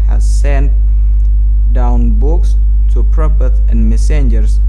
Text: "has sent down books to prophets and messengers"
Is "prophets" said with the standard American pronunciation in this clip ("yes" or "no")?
no